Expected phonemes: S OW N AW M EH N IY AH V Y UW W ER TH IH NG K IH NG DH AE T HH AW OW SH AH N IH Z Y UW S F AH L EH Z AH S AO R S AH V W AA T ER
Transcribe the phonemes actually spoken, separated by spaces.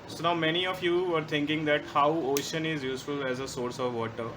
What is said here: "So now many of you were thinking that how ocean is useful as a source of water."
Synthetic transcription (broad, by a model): S OW N AW M EH N IY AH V Y UW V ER T IH NG K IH NG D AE T HH AW OW SH AH N IH Z Y UW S F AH L EH Z AH S AO R S AH V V AA T ER